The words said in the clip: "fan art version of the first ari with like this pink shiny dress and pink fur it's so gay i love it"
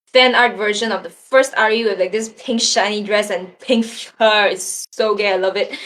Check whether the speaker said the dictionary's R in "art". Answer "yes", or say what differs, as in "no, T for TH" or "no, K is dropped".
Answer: yes